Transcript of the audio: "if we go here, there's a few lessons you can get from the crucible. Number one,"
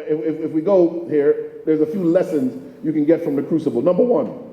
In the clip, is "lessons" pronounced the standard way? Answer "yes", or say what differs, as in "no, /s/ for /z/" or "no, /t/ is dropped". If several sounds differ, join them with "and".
yes